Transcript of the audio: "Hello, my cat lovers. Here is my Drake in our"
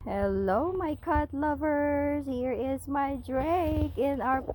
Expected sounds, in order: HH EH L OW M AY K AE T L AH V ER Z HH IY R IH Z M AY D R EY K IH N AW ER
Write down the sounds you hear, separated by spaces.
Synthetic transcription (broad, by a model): HH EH L OW M AY K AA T L AH V ER Z HH IY R IH Z M AY D R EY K IH N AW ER